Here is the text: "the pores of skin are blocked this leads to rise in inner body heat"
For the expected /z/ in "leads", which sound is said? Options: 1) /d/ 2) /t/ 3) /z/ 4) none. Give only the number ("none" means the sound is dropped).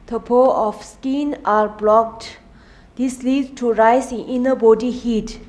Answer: 4